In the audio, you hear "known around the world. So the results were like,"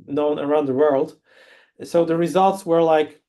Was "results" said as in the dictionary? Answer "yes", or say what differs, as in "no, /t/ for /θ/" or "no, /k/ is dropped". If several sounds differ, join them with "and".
yes